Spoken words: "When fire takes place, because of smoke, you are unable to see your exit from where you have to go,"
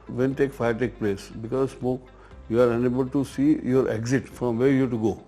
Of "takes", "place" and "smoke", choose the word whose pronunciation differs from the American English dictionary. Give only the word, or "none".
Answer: takes